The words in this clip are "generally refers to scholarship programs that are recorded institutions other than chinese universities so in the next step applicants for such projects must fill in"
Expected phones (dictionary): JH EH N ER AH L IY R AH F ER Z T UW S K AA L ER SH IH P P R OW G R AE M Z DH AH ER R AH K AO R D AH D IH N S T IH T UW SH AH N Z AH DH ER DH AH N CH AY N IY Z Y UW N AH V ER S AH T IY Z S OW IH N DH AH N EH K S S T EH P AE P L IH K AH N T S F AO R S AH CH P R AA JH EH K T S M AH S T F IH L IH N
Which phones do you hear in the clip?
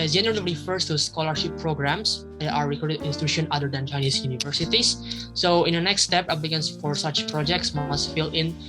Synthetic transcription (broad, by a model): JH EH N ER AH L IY F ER S T UW S K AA L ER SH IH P P R OW G R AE M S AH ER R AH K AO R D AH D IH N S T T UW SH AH N AH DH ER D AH N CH AY N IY S Y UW N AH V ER S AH T IY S S OW IH N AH N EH K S S T EH P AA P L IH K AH N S F AO R S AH CH P R AA JH EH K T S M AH S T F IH L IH N